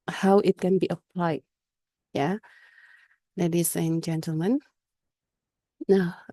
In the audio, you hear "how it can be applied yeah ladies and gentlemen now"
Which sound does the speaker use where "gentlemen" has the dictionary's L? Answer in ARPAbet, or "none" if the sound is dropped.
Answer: L